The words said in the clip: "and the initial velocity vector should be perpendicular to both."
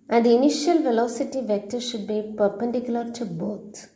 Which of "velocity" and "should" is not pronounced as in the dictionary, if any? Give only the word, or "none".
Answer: none